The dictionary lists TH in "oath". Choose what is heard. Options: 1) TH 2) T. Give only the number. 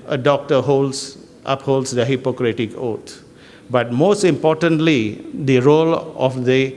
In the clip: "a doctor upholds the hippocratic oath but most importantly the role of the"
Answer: 2